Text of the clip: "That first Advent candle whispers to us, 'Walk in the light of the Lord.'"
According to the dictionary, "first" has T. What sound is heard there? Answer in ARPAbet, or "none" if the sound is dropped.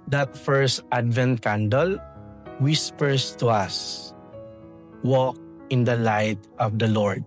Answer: T